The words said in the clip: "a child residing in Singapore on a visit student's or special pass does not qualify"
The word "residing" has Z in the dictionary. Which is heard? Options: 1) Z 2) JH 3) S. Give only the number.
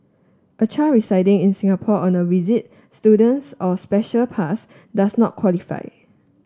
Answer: 3